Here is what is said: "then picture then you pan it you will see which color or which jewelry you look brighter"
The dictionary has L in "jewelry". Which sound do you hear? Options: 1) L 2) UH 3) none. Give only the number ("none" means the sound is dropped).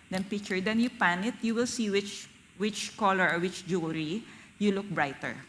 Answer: 3